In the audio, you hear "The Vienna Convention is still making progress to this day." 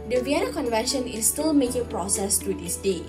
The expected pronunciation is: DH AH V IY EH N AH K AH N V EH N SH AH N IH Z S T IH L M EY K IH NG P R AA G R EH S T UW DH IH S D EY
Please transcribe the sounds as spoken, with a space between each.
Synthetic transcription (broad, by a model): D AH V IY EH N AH K AH N V EH N SH AH N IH S T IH L M EY K IH NG P R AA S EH S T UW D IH S D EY